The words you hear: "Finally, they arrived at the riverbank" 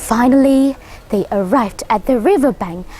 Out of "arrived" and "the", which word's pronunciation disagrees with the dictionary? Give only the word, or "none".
none